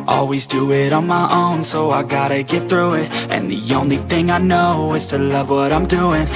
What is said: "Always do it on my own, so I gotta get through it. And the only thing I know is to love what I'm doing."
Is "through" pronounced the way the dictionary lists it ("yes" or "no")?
yes